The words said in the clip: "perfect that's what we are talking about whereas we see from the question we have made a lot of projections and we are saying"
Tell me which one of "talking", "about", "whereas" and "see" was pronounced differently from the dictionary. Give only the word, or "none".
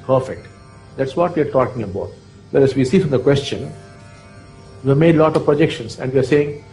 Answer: whereas